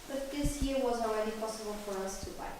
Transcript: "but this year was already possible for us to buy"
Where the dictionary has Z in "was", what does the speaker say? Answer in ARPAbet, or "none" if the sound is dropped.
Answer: Z